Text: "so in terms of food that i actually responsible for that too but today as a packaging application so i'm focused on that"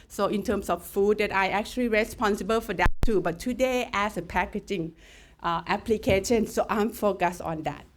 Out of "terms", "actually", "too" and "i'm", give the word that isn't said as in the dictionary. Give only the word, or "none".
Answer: terms